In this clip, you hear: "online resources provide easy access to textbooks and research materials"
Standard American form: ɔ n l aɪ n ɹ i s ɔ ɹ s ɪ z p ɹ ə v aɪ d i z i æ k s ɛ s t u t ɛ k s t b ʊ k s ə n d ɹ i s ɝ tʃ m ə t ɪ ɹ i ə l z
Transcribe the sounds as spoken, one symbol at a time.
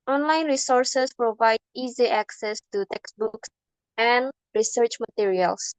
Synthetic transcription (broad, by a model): ɔ n l aɪ n ɹ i s ɔ ɹ s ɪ s p ɹ ə v aɪ d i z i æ k s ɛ s t u t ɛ k s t b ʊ k s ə n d ɹ i s ɝ tʃ m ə t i ɹ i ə l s